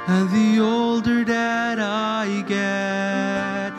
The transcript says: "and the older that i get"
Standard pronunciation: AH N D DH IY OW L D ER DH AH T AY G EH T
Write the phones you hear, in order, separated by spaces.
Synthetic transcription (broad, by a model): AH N DH IY OW L D ER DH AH T AY G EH T